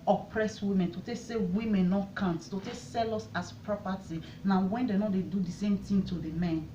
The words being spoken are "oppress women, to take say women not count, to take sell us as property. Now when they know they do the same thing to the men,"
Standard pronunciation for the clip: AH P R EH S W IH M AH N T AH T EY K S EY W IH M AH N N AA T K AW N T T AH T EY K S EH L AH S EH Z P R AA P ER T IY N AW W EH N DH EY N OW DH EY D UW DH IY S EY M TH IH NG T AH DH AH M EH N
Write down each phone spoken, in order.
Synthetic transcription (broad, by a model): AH P R EH S W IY M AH N T AH T EY K S EY W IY M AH N N AA T K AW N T T AH T EY K S EH L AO S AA S P R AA P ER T IY N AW W EH N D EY N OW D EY D UW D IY S EY M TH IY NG T AH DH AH M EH N